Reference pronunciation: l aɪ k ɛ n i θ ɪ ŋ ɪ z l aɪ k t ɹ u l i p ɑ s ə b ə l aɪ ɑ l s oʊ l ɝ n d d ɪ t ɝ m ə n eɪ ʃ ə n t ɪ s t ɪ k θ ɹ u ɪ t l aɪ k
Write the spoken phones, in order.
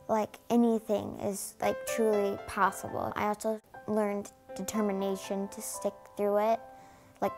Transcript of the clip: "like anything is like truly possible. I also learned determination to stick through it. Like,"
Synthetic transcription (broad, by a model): l aɪ k ɛ n i θ ɪ ŋ ɪ z l aɪ k t ɹ u l i p ɑ s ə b l aɪ ɑ l s oʊ l ɝ n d d ɪ t ɝ m ə n eɪ ʃ ə n t ɪ s t ɪ k θ ɹ u ɪ t l aɪ k